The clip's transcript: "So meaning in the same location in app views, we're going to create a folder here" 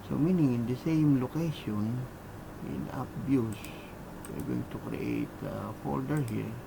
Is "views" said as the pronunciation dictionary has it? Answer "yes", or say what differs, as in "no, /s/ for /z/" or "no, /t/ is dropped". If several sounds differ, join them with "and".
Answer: no, /b/ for /v/ and /s/ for /z/